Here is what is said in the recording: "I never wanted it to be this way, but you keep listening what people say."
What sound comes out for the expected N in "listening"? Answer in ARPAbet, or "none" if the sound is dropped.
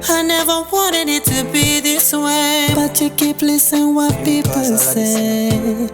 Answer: none